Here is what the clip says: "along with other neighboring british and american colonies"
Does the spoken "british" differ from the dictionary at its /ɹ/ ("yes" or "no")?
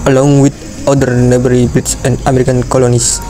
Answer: yes